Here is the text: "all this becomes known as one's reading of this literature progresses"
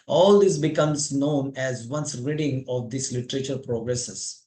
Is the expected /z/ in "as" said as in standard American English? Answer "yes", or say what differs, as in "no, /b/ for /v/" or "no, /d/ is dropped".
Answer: yes